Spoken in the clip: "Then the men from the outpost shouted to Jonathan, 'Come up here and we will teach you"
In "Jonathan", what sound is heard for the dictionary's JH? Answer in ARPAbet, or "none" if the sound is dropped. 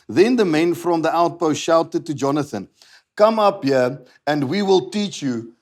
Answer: JH